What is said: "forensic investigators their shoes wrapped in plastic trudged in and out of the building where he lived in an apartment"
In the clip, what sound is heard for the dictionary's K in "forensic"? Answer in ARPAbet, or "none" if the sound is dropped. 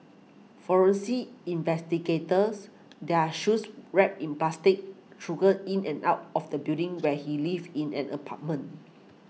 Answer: none